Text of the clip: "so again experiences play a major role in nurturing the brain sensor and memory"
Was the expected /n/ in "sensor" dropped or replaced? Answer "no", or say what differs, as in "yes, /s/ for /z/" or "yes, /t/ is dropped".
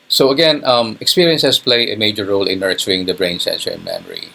no